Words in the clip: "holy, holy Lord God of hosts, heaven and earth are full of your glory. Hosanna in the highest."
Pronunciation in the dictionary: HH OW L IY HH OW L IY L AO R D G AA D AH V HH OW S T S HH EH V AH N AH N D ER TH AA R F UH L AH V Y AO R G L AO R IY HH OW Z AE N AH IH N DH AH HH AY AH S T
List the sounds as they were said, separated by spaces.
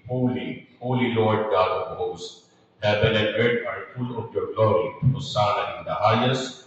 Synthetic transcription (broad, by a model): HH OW L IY HH OW L IY L AO R D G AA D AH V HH OW S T HH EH B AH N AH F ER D AA R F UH L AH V Y AO R G L AO R IY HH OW S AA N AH IH N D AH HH AY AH S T